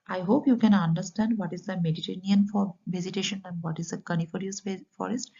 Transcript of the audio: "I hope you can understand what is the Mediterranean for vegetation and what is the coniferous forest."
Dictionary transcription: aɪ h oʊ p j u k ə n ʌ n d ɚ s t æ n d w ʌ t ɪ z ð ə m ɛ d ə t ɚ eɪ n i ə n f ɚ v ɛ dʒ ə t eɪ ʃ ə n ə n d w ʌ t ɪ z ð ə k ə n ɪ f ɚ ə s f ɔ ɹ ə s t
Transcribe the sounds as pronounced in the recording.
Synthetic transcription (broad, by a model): aɪ h oʊ p j u k ə n ʌ n d ɚ s t æ n d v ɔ t ɪ z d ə m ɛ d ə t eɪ n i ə n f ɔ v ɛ z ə t eɪ ʃ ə n ə n d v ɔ t ɪ z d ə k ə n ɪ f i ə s f ɔ ɹ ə s t